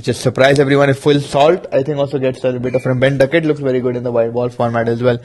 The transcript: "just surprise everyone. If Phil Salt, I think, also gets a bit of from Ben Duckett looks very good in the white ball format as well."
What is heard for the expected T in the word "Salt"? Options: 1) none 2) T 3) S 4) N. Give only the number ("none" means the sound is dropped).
2